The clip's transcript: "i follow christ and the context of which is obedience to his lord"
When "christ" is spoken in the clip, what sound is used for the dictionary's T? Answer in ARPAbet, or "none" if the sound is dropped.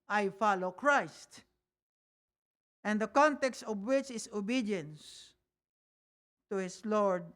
T